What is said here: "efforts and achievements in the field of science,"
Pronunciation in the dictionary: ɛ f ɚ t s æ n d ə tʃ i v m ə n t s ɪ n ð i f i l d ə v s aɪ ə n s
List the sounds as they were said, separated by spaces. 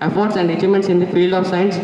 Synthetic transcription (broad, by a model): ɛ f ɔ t s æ n d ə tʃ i m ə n t s ɪ n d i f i l ə v s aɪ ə n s